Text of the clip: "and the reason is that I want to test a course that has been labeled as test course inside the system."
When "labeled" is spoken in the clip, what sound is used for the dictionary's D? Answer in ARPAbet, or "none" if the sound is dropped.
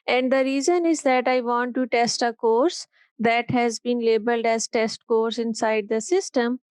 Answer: D